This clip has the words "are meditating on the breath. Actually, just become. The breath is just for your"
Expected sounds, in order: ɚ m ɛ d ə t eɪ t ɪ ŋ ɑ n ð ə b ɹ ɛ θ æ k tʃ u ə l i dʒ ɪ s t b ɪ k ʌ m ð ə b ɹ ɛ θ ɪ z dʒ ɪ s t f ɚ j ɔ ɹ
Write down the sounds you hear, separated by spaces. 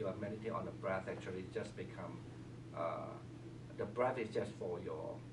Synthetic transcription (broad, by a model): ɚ m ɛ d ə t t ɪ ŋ ɑ n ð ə b ɹ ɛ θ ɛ k tʃ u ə l i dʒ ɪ s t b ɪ k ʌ m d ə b ɹ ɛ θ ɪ s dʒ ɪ s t f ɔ j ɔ